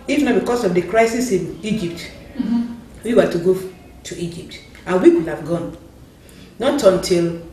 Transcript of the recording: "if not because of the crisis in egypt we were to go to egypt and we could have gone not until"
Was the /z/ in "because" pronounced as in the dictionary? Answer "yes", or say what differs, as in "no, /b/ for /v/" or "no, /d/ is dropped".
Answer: no, /s/ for /z/